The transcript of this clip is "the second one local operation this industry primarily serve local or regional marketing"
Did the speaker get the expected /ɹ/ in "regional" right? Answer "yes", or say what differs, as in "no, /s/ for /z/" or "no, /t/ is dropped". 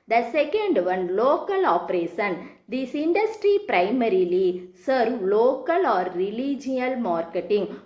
no, /l/ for /ɹ/